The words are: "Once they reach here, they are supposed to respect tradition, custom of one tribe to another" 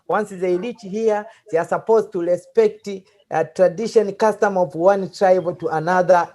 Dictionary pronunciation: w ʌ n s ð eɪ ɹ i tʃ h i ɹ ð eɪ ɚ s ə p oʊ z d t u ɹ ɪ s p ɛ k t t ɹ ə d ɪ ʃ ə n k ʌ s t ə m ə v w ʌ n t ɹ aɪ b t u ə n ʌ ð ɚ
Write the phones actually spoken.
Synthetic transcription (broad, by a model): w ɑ n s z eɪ l i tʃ h i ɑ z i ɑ s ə p oʊ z t u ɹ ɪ s p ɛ k t t ɹ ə d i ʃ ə n k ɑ s t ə m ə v w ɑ n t ɹ aɪ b t u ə n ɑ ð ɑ